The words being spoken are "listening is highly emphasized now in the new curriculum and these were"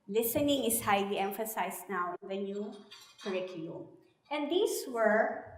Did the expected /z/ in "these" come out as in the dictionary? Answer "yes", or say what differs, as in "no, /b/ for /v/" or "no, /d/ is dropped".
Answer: no, /s/ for /z/